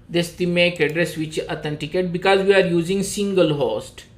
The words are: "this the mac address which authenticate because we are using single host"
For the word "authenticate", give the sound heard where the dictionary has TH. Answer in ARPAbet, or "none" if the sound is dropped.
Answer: T